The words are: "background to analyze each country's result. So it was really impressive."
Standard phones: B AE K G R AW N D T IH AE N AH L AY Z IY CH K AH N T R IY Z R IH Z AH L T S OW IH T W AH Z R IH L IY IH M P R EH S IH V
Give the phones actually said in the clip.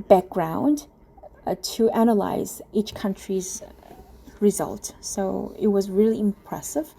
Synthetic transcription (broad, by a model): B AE K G R AW N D T IH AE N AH L AY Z IY CH K AH N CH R IY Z R IH Z AH L T S OW IH T W AH Z R IH L IY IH M P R EH S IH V